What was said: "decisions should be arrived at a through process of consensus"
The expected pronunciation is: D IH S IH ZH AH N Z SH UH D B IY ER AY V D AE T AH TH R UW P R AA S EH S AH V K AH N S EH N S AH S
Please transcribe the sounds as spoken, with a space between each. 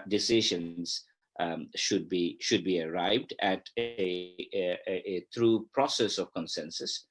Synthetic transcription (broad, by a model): D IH S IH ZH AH N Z SH UH D B IY ER AY V D AE T AH T R UW P R AA S EH S AH V K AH N S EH N S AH S